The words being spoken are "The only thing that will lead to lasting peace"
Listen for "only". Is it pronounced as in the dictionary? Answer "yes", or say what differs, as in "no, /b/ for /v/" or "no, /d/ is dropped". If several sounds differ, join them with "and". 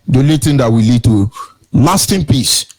no, /n/ is dropped